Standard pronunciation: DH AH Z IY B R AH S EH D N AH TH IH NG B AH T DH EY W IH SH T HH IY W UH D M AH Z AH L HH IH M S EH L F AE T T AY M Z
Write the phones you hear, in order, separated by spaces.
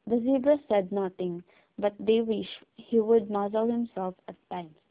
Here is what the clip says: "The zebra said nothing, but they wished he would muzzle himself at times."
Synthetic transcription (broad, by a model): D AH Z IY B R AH S EH D N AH T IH NG B AH T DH EY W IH SH HH IY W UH D M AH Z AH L HH IH M S EH L F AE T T AY M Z